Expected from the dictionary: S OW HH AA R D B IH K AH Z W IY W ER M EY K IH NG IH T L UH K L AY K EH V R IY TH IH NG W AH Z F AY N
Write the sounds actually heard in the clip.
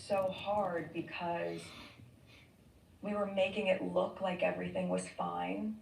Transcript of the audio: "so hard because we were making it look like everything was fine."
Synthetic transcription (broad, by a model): S OW HH AA R D B IH K AH Z W IY W ER M EY K IH NG IH T L UH K L AY K EH V R IY TH IH NG W AH Z F AY N